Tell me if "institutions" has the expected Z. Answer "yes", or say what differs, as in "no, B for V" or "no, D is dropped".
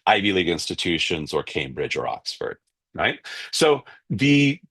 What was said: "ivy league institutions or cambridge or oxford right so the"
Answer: yes